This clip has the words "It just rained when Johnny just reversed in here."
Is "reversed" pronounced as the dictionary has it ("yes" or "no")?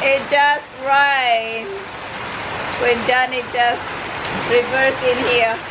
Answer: no